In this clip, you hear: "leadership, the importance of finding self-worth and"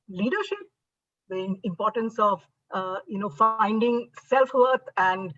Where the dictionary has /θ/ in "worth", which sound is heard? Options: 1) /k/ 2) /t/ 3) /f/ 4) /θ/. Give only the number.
2